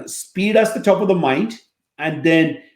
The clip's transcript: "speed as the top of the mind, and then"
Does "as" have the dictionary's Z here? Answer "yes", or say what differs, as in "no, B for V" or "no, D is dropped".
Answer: no, S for Z